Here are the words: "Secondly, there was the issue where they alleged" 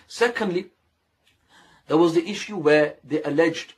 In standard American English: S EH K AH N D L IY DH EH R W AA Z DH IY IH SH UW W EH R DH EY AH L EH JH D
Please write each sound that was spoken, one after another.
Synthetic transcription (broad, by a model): S EH K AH N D L IY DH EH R W AA Z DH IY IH SH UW W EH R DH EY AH L EH JH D